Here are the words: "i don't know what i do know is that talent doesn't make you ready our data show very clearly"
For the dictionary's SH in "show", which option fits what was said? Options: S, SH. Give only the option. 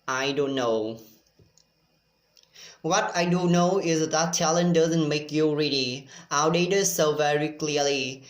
S